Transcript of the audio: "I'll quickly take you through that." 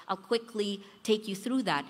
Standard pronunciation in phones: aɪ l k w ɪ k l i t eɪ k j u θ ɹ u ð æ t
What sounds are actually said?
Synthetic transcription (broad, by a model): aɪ l k w ɪ k l i t eɪ k j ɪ θ ɹ u ð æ t